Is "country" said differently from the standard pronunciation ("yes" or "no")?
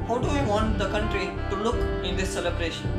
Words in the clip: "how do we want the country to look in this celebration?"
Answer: no